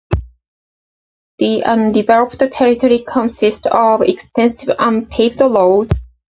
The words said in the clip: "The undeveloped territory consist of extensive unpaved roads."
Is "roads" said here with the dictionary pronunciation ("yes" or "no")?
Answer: no